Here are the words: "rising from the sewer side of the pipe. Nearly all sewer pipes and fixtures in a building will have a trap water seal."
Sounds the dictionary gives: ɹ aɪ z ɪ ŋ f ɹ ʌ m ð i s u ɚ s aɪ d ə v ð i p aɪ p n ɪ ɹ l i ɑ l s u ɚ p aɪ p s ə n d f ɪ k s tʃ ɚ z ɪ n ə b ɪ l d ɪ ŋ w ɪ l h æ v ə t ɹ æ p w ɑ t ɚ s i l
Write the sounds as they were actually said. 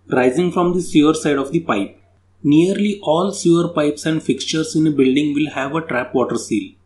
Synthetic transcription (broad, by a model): ɹ aɪ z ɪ ŋ f ɹ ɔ m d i s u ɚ s aɪ d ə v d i p aɪ p n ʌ ɹ l i ɑ l s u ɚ p aɪ p s ə n d f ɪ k s tʃ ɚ s ɪ n ə b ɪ l d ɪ ŋ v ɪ l h æ v ə t ɹ æ p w ɑ t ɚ s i l